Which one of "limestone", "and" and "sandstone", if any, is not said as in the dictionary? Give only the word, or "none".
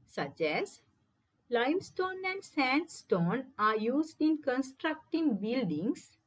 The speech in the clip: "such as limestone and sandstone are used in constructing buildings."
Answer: none